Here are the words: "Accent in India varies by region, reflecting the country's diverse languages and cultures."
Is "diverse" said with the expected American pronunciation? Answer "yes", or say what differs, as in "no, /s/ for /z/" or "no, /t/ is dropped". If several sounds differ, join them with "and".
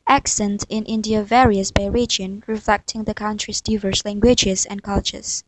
yes